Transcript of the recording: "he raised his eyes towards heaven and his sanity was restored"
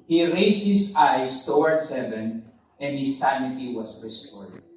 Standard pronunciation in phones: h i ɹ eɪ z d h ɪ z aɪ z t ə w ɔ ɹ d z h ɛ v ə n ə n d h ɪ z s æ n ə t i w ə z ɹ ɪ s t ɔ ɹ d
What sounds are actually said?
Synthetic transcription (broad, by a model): h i ɹ eɪ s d h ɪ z aɪ s t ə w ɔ ɹ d s h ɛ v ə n ə n d h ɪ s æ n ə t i w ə s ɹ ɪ s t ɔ ɹ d